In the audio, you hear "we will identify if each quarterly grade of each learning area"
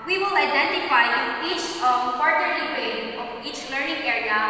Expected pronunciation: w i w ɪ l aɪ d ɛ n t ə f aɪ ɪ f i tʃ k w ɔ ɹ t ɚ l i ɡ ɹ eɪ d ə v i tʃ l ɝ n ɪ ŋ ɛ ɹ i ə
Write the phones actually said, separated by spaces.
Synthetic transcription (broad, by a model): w i w ɪ l aɪ d ɛ n t ə f aɪ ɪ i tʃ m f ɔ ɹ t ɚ i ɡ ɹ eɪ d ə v i tʃ l ɝ n ɪ ŋ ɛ ɹ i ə